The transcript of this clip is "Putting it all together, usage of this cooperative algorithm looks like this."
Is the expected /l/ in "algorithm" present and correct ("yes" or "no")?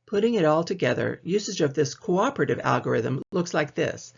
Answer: yes